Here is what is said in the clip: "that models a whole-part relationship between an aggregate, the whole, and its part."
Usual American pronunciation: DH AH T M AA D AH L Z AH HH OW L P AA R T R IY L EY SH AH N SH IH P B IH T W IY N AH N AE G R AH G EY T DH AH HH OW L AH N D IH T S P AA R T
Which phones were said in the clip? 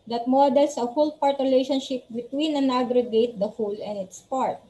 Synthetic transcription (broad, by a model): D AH T M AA D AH L S AH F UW L P AA R T R IY L EY SH AH N SH IH P B IH T W IY N AH N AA G R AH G EY T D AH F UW L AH N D IH T S P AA R T